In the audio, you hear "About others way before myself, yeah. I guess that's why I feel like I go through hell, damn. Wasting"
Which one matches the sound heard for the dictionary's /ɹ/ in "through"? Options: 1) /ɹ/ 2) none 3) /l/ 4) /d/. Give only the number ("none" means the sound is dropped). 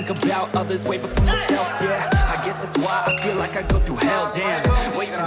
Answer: 2